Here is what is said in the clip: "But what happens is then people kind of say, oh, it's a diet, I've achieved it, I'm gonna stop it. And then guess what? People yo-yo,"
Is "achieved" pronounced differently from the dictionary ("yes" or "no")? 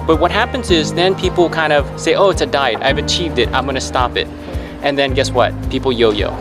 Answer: no